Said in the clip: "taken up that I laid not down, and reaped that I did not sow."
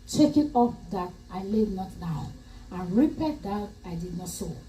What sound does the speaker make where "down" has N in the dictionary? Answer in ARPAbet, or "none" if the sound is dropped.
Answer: none